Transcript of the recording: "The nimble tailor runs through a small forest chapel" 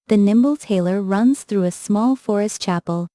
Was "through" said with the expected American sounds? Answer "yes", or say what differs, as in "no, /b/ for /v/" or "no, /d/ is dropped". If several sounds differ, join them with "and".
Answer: yes